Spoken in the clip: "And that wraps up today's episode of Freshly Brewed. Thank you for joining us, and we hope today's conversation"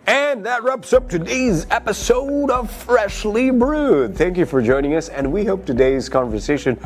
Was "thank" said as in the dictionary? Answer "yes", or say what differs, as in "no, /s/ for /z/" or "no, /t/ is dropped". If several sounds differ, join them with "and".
yes